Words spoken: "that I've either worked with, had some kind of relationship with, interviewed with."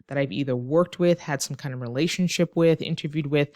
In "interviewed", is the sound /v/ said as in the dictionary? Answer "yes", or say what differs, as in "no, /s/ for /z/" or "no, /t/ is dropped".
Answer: yes